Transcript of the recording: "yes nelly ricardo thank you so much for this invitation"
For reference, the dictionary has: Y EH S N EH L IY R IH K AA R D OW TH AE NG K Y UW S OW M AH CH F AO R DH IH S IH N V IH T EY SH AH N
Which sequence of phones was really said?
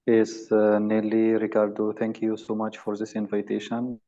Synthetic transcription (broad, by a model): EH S N EH L IY R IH K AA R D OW T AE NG K Y UW S OW M AH CH F AO R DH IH S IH N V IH T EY SH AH N